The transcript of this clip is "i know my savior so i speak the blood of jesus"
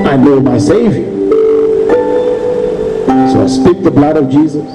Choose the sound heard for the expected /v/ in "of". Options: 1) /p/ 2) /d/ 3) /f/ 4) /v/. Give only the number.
4